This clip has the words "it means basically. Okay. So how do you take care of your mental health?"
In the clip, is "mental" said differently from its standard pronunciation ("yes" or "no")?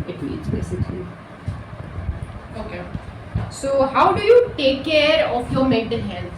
yes